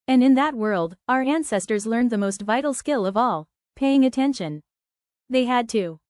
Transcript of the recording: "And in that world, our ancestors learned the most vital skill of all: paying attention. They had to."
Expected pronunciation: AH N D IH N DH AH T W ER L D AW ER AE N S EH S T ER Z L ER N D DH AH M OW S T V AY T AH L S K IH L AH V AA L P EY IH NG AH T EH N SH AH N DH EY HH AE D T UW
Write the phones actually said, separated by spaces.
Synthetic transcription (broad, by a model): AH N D IH N DH AH T W ER L D AW ER AE N S EH S T ER Z L ER N DH AH M OW S T V AY T L S K IH L AH V AA L P EY IH NG AH T EH N SH AH N DH EY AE D T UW